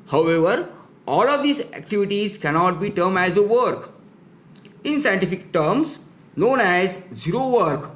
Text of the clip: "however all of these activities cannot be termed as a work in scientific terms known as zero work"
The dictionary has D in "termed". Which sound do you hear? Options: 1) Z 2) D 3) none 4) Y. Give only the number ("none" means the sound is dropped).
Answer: 3